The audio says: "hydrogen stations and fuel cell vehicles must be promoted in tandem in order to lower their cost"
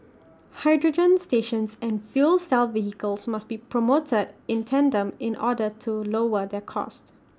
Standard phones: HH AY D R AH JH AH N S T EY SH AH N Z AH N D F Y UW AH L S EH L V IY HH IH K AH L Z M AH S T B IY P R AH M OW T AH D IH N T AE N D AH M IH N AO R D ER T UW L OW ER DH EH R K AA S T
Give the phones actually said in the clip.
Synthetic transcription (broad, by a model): HH AY D R AH JH AH N S T EY SH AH N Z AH N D F Y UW L S EH L V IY HH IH K AH L S M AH S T B IY P R AH M OW T AH D IH N T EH N D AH M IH N AO D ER T UW L OW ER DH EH K AA S T